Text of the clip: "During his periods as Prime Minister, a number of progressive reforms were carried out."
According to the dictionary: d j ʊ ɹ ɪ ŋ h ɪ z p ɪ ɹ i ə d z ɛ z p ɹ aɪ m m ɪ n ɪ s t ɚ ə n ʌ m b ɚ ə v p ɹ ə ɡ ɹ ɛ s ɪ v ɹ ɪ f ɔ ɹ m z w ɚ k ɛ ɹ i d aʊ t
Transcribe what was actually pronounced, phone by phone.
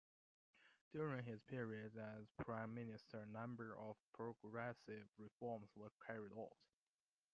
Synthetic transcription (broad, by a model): d j ʊ ɹ ɪ ŋ h ɪ z p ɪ ɹ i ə d ʌ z p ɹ aɪ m m ɪ n ɪ s t ɚ ə n ʌ m b ɚ ə v p ɹ ə ɡ ɹ ɛ s ɪ v ɹ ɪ f ɔ ɹ m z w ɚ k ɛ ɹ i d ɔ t